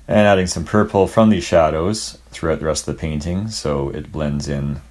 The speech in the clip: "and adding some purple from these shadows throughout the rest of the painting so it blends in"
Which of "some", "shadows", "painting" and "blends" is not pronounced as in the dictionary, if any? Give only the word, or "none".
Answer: none